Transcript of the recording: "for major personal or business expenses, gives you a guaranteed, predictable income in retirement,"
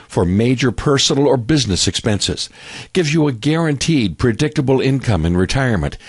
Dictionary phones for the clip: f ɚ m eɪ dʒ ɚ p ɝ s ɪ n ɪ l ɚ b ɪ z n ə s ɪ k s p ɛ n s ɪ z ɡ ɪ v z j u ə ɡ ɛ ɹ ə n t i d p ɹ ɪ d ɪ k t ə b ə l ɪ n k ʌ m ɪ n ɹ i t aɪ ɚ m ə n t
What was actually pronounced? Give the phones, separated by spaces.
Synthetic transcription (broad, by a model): f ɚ m eɪ dʒ ɚ p ɝ s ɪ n l ɚ b ɪ z n ə s ɪ k s p ɛ n s ɪ z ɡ ɪ v j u ə ɡ ɛ ɹ ə n t i d p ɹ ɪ d ɪ k t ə b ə l ɪ n k ʌ m ɪ n ɹ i t aɪ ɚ m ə n t